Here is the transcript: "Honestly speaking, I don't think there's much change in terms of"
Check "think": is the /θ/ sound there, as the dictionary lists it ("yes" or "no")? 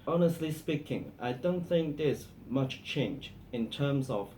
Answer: yes